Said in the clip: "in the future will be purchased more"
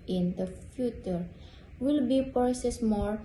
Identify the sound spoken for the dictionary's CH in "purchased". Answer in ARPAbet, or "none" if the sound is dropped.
S